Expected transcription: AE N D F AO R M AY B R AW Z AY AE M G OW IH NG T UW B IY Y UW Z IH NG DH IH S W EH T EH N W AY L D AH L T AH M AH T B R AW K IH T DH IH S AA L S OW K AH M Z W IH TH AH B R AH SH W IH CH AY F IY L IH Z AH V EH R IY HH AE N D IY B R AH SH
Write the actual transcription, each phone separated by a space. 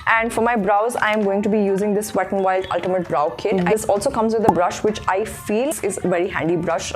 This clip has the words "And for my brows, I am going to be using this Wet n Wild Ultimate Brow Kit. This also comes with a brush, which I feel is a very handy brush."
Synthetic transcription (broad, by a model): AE N D F AO R M AY B R AW Z AY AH M G OW IH NG T UW B IY Y UW Z IH NG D IH S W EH T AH N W AY L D AH L T AH M AH T B R AW K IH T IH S AA L S OW K AH M Z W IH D AH B R AH SH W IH CH AY F IY L IH Z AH V EH R IY HH AE N D IY B R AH SH